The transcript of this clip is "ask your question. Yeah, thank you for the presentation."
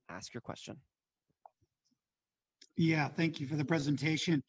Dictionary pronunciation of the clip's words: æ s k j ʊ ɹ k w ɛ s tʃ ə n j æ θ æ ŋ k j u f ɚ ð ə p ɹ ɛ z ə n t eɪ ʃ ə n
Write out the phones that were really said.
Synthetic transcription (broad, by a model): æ s k j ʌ ɹ k w ɛ s tʃ ə n j æ θ æ ŋ k j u f ɚ ð ə p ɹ ɛ z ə n t eɪ ʃ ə n